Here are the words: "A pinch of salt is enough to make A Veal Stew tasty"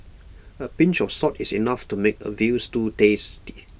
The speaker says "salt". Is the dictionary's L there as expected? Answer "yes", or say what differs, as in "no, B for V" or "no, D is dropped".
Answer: no, L is dropped